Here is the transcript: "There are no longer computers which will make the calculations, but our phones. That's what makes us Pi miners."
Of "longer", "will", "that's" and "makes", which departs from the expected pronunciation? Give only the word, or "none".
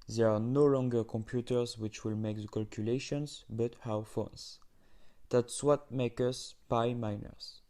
makes